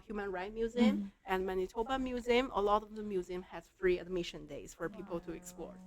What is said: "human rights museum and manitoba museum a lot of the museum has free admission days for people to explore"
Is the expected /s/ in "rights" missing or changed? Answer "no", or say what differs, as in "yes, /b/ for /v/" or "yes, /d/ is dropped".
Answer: yes, /s/ is dropped